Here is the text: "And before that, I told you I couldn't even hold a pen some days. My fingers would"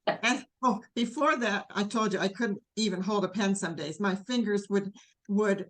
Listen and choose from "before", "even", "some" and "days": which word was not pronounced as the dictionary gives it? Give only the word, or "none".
none